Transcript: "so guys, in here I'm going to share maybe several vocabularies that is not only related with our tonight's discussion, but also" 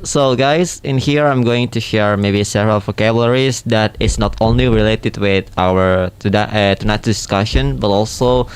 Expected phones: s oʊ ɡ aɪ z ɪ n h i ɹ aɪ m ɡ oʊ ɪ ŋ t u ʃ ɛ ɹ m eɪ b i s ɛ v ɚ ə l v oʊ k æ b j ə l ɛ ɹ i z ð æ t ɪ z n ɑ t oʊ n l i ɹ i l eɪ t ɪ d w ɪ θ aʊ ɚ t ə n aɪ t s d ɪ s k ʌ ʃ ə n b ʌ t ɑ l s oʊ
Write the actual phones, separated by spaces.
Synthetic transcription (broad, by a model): s oʊ ɡ aɪ s ɪ n h i ɹ aɪ m ɡ oʊ ɪ ŋ t u ʃ ɛ ɹ m eɪ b i s ɛ v ɚ ə l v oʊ k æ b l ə ɹ i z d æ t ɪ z n ɑ t oʊ n l i ɹ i l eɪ t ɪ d w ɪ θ aʊ ɚ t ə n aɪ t d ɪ s k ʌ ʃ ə n b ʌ t ɑ l s oʊ